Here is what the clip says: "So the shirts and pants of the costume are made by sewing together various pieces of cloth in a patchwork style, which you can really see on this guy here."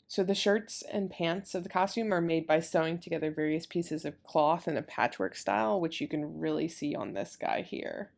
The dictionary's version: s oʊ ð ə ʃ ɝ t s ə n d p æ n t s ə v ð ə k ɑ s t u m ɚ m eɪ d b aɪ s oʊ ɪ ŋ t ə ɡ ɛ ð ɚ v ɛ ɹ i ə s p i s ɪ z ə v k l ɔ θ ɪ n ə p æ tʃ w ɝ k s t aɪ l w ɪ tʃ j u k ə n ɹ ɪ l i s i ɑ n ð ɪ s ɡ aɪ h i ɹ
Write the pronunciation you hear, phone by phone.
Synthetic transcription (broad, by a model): s oʊ ð ə ʃ ɝ t s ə n p æ n t s ə v ð ə k ɑ s t u m ɚ m eɪ d b aɪ s oʊ ɪ ŋ t ə ɡ ɛ ð ɚ v ɛ ɹ i ə s p i s ɪ z ə v k l ɔ θ ɪ n ə p æ tʃ w ɝ k s t aɪ l w ɪ tʃ j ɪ k ə n ɹ ɪ l i s i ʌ n ð ɪ s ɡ aɪ h i ɹ